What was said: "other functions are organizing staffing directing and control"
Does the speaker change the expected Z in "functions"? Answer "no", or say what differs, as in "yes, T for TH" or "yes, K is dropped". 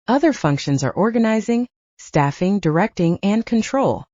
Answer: no